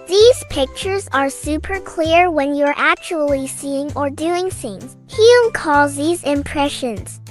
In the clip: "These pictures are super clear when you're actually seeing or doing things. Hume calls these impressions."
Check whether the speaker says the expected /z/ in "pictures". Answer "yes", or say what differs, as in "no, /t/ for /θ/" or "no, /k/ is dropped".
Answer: yes